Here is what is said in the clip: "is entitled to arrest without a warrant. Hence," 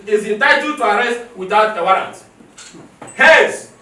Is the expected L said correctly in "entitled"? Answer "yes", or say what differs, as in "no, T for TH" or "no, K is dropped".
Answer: no, L is dropped